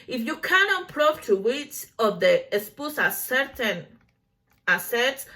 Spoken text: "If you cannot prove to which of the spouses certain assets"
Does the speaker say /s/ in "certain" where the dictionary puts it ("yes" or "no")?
yes